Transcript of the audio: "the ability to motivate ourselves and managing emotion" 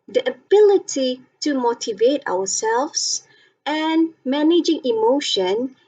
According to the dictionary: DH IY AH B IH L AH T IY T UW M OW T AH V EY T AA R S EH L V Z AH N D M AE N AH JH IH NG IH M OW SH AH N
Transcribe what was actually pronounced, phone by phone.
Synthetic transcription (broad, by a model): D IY AH B IH L AH T IY T UW M OW T AH V EY T AA W S EH L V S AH N M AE N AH JH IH NG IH M OW SH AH N